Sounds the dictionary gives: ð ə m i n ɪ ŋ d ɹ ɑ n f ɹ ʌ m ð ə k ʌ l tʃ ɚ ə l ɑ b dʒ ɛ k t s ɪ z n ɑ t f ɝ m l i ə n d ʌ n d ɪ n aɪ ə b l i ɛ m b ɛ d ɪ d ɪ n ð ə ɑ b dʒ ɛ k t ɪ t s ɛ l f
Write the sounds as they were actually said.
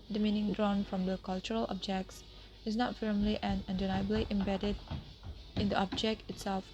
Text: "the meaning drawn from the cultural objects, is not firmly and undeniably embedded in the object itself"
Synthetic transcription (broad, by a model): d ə m i n ɪ ŋ d ɹ ɑ n f ɹ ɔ m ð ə k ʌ l tʃ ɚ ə l ɑ b dʒ ɛ k t s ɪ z n ɑ t f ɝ m l i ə n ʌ n d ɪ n aɪ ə b l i ɛ m b ɛ d ɪ d ɪ n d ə ɑ b dʒ ɛ k t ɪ t s ɛ l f